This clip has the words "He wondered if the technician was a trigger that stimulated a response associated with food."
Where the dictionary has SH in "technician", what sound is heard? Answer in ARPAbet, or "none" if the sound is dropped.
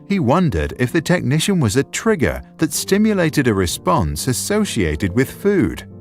SH